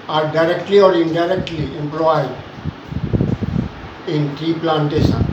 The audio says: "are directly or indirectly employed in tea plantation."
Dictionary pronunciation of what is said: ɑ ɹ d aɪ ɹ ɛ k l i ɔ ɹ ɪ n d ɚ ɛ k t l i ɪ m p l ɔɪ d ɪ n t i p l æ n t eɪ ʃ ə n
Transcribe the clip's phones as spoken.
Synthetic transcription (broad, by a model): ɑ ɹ d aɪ ɹ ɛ k l i ɔ ɹ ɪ n d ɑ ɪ k t l i ɪ m p l ɔɪ d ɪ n t i p l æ n t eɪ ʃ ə n